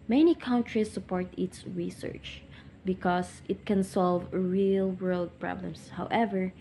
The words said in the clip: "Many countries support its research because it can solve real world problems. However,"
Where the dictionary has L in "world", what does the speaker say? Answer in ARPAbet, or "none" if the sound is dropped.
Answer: L